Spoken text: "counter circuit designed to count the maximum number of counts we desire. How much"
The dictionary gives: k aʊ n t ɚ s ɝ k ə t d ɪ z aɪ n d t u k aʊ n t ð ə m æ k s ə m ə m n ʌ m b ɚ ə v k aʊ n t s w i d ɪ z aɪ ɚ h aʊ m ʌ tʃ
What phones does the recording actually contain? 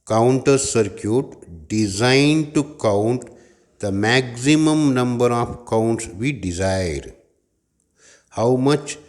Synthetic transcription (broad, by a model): k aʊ n t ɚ s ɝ k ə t d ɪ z aɪ n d t u k aʊ n t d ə m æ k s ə m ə m n ʌ m b ɚ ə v k aʊ n t s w i d ɪ z aɪ ɚ h aʊ m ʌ tʃ